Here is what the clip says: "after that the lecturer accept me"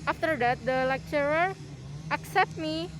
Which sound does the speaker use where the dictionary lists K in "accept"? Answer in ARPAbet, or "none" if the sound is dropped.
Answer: K